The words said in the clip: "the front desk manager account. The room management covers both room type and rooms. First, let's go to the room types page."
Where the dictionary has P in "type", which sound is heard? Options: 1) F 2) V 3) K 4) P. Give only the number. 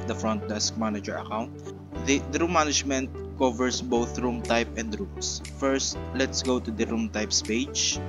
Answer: 4